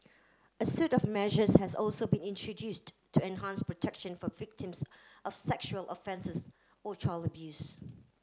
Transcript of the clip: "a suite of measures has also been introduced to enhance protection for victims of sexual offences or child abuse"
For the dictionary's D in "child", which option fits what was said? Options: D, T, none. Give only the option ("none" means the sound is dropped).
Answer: none